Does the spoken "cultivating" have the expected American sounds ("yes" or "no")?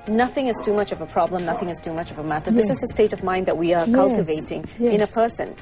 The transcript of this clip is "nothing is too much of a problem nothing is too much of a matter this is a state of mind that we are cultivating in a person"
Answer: yes